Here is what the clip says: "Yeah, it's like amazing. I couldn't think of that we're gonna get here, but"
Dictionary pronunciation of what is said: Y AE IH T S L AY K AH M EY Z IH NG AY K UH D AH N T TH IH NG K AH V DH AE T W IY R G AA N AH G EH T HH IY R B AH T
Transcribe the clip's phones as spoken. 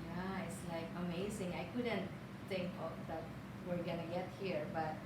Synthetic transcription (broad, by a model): Y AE IH T S L AY K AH M EY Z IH NG AY K UH D AH N T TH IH NG K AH P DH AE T W IY R G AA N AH G EH T HH IY R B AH T